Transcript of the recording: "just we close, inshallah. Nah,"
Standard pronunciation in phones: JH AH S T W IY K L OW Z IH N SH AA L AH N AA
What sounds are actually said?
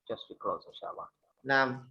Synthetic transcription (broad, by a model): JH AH S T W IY K L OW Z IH SH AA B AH N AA